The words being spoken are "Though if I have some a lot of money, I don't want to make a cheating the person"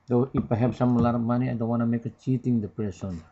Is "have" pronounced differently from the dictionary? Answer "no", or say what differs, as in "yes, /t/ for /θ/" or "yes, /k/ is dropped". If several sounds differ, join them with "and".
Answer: yes, /p/ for /v/